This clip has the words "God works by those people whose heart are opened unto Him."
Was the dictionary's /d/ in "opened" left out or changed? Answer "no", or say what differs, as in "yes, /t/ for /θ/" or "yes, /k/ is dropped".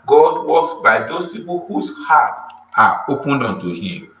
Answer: no